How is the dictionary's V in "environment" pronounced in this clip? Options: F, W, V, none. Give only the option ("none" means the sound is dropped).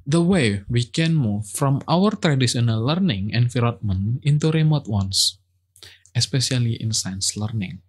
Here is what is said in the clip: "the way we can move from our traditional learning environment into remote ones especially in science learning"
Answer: F